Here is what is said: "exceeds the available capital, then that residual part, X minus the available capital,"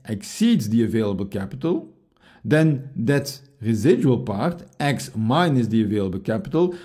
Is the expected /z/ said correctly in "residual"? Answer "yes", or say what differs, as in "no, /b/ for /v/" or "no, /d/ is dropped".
yes